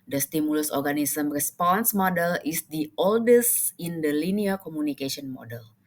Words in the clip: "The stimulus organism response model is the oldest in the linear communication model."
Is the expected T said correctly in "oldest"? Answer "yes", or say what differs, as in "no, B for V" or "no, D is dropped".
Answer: yes